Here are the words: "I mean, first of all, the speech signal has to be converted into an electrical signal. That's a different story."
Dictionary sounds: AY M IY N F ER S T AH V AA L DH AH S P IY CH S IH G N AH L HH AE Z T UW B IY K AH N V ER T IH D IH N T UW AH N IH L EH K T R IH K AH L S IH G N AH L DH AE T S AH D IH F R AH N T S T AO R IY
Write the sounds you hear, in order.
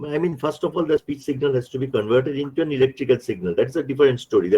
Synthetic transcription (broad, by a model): AY M IY N F ER S T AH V AA L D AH S P IY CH S IH G N AH L HH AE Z T UW B IY K AH N V ER T IH D IH N T UW AH N IH L EH K T R IH K AH L S IH G N AH L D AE T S AH D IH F R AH N T S T AO R IY